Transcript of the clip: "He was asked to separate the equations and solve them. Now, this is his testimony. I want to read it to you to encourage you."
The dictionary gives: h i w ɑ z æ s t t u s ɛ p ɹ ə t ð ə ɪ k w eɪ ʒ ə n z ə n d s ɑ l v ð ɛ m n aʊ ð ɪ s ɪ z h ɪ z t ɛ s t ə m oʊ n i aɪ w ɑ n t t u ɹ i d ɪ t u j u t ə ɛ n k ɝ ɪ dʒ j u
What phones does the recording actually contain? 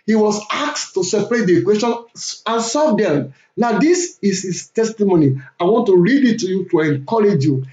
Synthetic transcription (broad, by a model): h i w ɑ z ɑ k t t u s ɛ p ɹ ə t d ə k w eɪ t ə n ə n s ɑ v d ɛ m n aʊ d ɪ s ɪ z h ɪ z t ɛ s t ə m oʊ n i aɪ w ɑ n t t u ɹ i d ɪ t u j u t ə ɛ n k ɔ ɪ dʒ j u